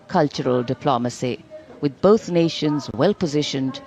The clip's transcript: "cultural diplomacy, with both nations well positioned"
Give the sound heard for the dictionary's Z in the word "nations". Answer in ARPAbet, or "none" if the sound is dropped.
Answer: Z